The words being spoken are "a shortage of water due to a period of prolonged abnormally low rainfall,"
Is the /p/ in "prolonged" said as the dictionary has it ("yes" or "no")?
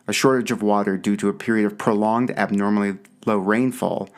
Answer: yes